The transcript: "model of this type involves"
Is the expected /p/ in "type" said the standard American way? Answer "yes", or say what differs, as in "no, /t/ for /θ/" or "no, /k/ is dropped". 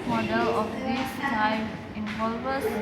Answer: no, /f/ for /p/